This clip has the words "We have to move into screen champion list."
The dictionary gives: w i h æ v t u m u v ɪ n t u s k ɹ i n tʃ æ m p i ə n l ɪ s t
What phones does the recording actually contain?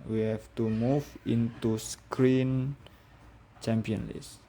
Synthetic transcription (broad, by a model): w i h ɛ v t u m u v ɪ n t u s k ɹ i n tʃ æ m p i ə n l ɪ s